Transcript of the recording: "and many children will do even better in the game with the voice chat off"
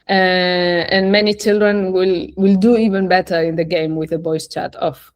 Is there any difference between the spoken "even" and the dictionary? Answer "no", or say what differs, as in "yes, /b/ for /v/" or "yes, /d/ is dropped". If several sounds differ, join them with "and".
no